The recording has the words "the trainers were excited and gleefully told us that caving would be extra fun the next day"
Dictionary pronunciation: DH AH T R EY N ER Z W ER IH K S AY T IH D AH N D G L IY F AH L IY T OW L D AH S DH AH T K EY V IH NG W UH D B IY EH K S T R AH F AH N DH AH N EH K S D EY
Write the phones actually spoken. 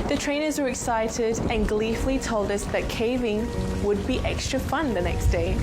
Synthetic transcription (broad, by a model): DH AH T R EY N ER Z W ER IH K S AY T IH D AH N G L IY F L IY T OW L D AH S DH AH T K EY V IH NG W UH D B IY EH K S T R AH F AH N DH AH N EH K S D EY